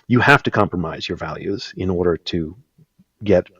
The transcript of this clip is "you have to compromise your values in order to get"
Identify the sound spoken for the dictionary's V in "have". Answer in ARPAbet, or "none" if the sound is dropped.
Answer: F